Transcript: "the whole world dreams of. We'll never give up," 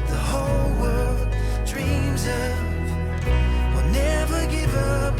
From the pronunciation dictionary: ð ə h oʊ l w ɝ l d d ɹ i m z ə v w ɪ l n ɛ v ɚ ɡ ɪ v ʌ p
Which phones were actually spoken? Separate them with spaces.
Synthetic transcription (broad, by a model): ð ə h oʊ l w ɝ l d d ɹ i m z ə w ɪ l n ɛ v ɚ ɡ ɪ v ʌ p